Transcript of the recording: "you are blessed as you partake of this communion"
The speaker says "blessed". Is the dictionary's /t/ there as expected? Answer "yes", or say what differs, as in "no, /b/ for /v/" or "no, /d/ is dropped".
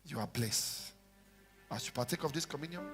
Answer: no, /t/ is dropped